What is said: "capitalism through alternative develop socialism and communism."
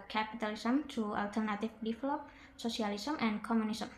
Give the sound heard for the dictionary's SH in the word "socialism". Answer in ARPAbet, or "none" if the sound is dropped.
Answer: S